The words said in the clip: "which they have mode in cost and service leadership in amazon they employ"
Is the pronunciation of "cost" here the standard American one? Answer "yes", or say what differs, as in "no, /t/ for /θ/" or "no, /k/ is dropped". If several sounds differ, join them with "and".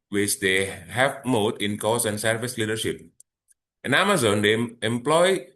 no, /t/ is dropped